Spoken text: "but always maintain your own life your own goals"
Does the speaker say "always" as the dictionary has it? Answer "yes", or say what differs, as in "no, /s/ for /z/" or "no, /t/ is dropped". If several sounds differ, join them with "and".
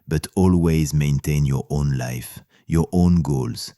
yes